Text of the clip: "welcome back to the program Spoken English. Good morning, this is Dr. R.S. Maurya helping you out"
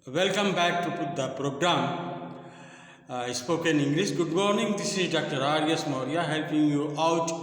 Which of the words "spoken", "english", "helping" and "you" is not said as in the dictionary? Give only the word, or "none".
english